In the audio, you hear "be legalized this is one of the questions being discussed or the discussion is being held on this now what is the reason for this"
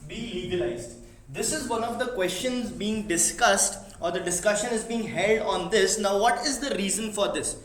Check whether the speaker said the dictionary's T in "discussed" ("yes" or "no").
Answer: yes